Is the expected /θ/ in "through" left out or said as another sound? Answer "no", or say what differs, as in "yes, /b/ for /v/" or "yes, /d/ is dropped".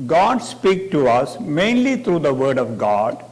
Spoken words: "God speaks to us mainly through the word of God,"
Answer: yes, /t/ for /θ/